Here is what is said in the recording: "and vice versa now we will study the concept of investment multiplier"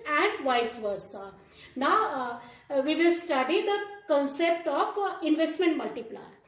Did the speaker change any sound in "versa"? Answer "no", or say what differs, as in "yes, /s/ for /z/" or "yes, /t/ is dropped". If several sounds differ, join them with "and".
no